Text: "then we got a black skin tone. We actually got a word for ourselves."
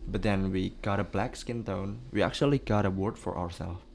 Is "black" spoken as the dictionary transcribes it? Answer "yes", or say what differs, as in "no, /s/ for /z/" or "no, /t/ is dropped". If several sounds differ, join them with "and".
yes